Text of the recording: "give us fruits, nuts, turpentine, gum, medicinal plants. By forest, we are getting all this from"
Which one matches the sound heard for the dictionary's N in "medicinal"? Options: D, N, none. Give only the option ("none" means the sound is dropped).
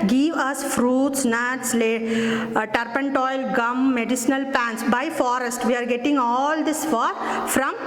N